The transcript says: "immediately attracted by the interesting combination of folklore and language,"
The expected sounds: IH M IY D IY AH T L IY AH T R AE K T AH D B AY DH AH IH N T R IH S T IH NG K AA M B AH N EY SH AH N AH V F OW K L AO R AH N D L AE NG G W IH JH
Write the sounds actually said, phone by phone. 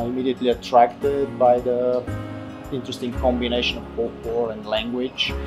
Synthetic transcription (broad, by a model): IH M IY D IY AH T L IY AH T R AE K T AH D B AY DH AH IH N T R IH S T IH NG K AA M B AH N EY SH AH N AH V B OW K W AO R AH N D L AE NG G W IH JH